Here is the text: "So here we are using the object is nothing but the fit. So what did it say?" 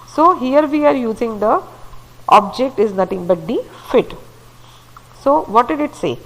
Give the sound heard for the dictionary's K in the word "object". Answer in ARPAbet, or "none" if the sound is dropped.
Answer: K